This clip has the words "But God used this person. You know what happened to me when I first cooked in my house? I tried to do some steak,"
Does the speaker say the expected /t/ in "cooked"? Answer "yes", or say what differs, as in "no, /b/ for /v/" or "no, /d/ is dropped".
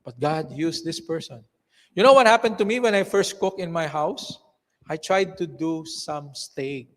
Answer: no, /t/ is dropped